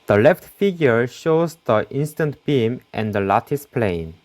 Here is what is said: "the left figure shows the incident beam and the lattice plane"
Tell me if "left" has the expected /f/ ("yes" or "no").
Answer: yes